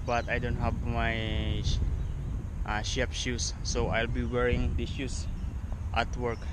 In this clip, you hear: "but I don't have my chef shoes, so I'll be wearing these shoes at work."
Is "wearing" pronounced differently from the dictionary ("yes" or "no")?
no